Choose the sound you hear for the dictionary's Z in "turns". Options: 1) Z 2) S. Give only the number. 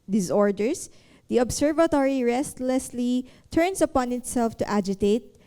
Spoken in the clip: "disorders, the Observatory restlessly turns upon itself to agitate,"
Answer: 2